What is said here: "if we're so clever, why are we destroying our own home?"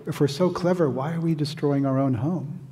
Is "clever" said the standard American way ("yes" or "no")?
yes